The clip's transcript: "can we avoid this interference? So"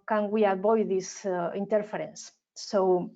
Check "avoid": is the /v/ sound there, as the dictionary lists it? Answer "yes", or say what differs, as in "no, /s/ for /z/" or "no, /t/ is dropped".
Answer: no, /b/ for /v/